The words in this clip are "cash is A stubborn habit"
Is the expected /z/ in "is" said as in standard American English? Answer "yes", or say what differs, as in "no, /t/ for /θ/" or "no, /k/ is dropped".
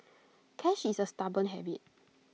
no, /s/ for /z/